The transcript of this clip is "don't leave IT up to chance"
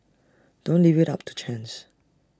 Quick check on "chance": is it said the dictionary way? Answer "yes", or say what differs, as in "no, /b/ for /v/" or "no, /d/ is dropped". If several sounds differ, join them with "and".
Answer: yes